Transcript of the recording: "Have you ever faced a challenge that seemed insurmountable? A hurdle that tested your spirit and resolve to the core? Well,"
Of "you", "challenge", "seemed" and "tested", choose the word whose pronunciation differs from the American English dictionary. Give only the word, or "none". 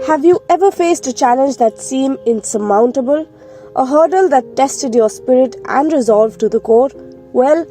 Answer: seemed